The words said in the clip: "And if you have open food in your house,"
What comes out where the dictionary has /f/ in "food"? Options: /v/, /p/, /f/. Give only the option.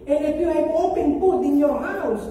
/p/